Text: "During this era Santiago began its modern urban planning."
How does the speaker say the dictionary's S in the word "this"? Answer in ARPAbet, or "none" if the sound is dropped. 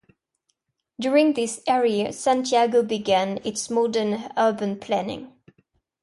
S